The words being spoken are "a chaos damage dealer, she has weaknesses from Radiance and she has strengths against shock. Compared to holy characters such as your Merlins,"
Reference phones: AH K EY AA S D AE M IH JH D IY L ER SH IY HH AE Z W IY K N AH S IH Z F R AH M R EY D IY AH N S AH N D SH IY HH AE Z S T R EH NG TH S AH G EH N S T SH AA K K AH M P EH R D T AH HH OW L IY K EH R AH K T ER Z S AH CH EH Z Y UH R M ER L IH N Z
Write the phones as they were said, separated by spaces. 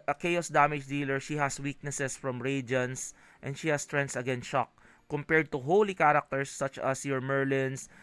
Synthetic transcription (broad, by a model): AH K EY AA S D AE M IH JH D IY L ER SH IY HH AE S W IY K N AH S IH S F R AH M R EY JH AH N S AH N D SH IY HH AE S T R EH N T S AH G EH N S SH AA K K AH M P EH R D T AH HH OW L IY K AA R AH K T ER S AH CH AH S Y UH R M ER L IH N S